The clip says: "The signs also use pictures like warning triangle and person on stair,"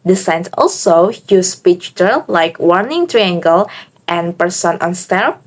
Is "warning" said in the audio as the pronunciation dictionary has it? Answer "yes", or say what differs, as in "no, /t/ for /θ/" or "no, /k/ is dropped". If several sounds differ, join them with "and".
yes